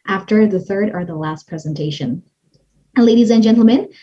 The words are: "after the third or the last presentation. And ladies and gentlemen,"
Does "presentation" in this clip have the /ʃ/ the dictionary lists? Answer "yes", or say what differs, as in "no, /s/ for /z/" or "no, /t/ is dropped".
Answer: no, /ʃ/ is dropped